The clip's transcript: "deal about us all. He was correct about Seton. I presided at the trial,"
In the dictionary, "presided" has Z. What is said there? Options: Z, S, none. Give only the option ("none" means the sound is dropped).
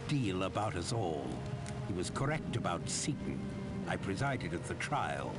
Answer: Z